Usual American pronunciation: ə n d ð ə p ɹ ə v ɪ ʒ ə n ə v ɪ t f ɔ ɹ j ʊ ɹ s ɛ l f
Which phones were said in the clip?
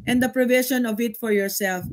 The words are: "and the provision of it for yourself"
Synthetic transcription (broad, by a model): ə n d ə p ɹ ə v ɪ ʃ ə n ə v ɪ t f ɔ ɹ j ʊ ɹ s ɛ l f